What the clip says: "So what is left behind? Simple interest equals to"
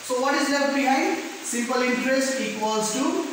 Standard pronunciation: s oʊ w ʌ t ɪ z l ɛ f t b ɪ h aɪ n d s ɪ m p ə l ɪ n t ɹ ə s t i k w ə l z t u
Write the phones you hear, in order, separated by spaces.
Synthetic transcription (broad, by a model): s oʊ w ʌ t ɪ z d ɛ t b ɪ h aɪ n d s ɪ m p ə l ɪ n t ɹ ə s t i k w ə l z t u